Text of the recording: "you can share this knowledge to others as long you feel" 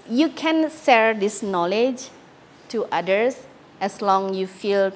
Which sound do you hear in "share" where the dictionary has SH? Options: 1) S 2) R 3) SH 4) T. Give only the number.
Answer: 1